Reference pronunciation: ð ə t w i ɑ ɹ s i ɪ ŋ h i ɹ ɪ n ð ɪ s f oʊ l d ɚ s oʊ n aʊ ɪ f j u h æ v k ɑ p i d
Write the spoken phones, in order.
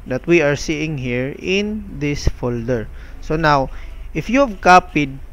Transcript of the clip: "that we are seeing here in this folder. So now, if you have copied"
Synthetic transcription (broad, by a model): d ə t w i ɑ ɹ s i ɪ ŋ h i ɹ ɪ n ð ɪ s f oʊ l d ɚ s oʊ n aʊ ɪ f j u h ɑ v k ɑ p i d